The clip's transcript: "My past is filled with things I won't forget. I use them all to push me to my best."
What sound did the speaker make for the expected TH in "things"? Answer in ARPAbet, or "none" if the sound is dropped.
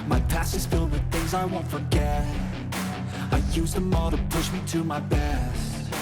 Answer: TH